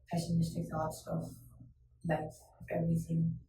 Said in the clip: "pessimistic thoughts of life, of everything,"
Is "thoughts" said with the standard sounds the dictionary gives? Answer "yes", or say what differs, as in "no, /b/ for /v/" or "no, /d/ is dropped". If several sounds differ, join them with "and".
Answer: no, /t/ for /θ/